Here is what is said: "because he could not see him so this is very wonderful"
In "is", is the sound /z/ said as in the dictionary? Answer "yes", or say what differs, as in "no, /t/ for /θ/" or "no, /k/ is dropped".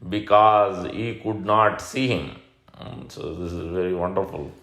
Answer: yes